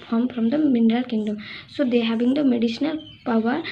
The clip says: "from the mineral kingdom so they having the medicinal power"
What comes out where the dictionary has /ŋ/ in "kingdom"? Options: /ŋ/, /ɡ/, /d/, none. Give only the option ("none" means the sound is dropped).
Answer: /ŋ/